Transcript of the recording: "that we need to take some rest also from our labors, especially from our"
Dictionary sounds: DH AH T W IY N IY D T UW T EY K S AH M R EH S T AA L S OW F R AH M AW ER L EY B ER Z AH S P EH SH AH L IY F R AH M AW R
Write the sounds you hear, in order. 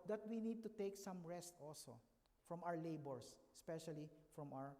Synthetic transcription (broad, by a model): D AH T W IY N IY D T UW T EY K S AH M R EH S T AA L S OW F R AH M AW ER L EY B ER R AH S P EH SH AH L IY F R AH M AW R